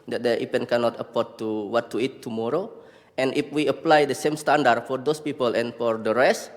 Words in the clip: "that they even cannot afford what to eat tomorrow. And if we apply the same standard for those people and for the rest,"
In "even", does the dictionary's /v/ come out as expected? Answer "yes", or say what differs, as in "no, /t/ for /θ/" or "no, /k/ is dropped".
no, /p/ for /v/